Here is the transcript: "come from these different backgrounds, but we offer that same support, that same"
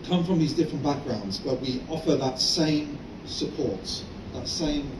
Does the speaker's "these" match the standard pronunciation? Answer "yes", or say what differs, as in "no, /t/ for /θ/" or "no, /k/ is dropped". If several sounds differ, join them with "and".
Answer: yes